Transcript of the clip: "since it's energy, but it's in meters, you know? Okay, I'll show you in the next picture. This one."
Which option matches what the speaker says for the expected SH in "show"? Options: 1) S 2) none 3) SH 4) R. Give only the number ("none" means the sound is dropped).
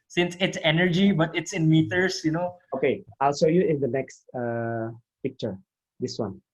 1